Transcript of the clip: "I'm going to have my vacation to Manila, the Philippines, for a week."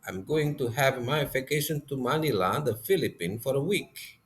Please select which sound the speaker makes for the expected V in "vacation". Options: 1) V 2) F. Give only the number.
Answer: 2